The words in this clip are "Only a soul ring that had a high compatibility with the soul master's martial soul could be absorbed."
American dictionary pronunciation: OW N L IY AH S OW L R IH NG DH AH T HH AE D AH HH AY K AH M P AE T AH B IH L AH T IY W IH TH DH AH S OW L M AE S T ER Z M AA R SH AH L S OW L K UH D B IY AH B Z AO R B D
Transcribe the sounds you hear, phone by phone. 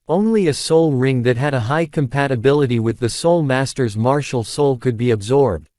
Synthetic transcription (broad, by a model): OW N L IY AH S OW L R IH NG DH AH T HH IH D AH HH AY K AH M P AE T AH B IH L AH T IY W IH DH AH S OW L M AE S T ER Z M AA R SH L S OW L K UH D B IY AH B Z AO R B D